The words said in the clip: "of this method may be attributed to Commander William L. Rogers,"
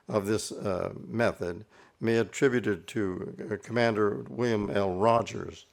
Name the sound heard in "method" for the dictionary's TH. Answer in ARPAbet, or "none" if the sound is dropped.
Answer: TH